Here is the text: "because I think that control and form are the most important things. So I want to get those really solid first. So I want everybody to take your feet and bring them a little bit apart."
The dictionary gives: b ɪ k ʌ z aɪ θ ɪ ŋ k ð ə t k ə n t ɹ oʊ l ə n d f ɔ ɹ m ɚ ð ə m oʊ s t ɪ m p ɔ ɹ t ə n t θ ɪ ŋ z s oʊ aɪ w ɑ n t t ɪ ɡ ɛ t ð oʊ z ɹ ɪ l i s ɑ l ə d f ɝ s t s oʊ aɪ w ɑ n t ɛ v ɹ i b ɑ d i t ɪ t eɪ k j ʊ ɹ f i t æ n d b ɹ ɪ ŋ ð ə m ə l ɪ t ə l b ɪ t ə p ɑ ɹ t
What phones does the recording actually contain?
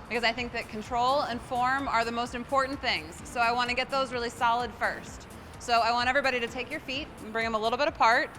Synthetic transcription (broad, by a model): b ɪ k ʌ z aɪ θ ɪ ŋ k ð ə t k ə n t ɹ oʊ l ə n f ɔ ɹ m ɚ ð ə m oʊ s t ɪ m p ɔ ɹ t n θ ɪ ŋ z s oʊ aɪ w ɑ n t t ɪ ɡ ɛ t ð oʊ z ɹ ɪ l i s ɑ l ə d f ɝ s t s oʊ aɪ w ɑ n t ɛ v ɹ i b ɑ d i t ɪ t eɪ k j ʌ ɹ f i t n b ɹ ɪ ŋ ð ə m ə l ɪ t l b ɪ t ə p ɑ ɹ t